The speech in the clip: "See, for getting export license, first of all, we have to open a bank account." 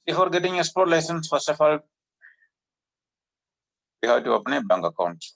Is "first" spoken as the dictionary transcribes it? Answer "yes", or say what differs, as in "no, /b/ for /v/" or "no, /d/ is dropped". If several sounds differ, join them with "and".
no, /t/ is dropped